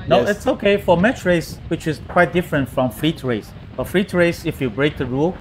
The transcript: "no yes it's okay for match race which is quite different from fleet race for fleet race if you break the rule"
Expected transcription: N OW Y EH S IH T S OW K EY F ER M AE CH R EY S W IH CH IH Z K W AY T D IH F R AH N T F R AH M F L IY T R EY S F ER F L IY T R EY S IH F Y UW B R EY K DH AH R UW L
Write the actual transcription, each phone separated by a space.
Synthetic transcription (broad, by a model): N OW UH IH T S OW K EY F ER M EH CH R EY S W IH CH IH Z K W AY T D IH F R AH N T F R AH M F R IY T R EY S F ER F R IY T R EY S IH F Y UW B R EY K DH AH R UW L